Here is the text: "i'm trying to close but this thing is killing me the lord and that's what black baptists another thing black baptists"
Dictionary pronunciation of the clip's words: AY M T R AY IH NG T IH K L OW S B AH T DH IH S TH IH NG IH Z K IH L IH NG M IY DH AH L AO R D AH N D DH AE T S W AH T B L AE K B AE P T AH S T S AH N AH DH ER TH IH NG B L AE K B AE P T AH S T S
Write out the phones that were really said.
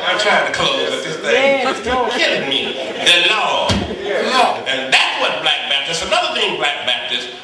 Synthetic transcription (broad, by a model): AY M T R AY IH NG T IH K OW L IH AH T DH IH S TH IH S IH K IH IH M IY DH AH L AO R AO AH N DH AE T S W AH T B L AE K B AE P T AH S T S AH N AH DH ER TH IH NG B L AE K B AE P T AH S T